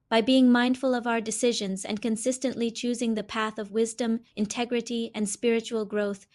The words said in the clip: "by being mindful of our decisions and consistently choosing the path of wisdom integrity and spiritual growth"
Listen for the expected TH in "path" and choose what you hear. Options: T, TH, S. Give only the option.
TH